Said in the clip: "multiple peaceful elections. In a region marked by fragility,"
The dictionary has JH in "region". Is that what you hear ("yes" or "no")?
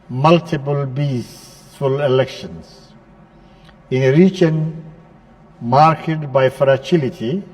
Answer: no